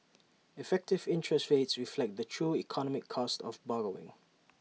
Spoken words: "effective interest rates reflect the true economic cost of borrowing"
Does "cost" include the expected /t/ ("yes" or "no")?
yes